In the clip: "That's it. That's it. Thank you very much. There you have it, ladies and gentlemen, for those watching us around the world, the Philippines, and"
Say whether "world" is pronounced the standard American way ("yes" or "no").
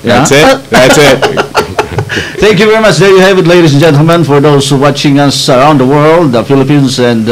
yes